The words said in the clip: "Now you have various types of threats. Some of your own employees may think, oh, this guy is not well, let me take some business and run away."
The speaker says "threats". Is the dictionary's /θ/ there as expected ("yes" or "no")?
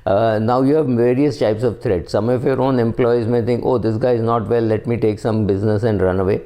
no